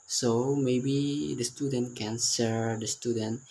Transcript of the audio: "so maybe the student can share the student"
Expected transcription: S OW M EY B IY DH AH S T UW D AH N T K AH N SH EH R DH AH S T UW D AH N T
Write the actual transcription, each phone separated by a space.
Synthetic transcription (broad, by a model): S OW M EY B IY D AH S T UW D AH N T K AH N S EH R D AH S T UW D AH N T